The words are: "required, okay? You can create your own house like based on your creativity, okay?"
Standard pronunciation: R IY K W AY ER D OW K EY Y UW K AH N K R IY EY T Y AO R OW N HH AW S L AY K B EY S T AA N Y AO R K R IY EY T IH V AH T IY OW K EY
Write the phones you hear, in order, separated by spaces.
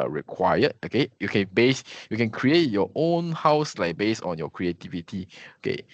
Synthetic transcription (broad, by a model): R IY K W AY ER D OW K EY Y UW K AH N K R IY EY T Y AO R OW N HH AW S L AY K B EY S AA N Y AO K R IY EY T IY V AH T IY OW K EY